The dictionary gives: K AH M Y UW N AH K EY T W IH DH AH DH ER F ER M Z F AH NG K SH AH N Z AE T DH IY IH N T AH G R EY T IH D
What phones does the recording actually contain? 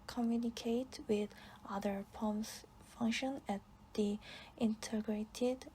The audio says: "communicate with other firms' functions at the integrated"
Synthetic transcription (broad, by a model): K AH M Y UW N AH K EY T W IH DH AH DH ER P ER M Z F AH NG K SH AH N AE T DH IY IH N T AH G R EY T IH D